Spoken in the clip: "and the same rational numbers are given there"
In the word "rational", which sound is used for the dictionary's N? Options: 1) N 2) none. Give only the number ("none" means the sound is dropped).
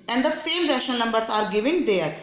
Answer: 2